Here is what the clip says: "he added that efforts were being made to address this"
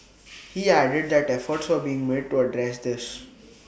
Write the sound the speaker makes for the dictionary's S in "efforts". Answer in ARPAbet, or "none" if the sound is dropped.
S